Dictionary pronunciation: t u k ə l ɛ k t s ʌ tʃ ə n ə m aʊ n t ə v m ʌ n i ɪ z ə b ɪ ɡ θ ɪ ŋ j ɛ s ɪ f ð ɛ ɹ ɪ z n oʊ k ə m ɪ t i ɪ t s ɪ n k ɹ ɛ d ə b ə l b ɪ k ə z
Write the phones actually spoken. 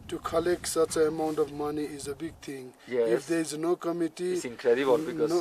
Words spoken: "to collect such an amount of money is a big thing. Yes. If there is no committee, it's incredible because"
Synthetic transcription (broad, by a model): t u k ə l ɛ k t s ʌ tʃ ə ə m aʊ n t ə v m ʌ n i ɪ z ə b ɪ ɡ t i ŋ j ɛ ɪ f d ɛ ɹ ɪ z n oʊ k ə m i t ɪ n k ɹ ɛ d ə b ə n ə